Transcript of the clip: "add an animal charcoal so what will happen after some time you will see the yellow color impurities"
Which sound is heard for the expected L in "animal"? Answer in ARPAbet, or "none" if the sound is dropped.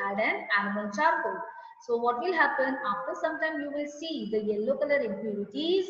N